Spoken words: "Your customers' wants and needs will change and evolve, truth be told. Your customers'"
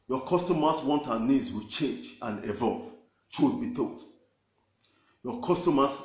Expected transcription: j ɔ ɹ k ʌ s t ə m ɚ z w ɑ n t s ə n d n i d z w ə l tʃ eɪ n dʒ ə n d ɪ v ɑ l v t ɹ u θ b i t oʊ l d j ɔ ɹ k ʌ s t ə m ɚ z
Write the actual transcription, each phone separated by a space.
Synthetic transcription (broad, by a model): j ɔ k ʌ s t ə m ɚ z w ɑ n t ə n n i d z w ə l tʃ eɪ n dʒ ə n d ɪ v ɑ l v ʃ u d b i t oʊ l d j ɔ k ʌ s t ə m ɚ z